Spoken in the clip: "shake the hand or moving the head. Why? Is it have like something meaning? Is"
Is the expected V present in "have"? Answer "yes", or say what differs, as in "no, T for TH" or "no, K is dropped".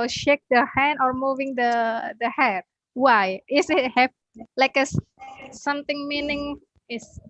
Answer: no, P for V